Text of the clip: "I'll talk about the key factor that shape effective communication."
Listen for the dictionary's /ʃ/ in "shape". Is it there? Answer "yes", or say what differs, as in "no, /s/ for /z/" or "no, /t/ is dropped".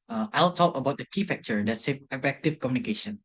no, /s/ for /ʃ/